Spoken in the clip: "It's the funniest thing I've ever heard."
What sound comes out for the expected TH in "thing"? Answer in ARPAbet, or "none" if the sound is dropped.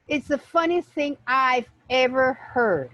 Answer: TH